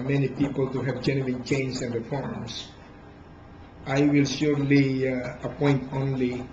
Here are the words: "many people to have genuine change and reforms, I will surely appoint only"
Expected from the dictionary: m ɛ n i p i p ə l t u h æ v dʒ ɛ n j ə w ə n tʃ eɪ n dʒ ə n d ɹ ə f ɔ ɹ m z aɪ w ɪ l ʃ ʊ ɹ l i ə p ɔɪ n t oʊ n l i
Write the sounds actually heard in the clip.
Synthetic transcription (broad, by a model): m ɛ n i p i p ə l t u h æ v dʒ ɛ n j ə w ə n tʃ eɪ n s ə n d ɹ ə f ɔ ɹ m s aɪ w ɪ l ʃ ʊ ɹ l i ə p ɔɪ n t oʊ n l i